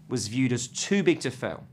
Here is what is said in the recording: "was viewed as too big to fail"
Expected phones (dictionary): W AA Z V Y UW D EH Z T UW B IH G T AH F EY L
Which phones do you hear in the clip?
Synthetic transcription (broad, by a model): W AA Z V Y UW D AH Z T UW B IH G T AH F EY L